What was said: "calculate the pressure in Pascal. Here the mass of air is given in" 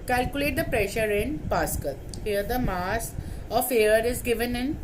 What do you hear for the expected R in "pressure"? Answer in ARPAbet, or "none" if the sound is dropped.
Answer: R